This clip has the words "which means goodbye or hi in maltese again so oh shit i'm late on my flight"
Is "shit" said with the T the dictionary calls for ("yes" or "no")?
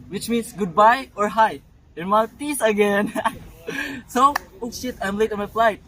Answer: yes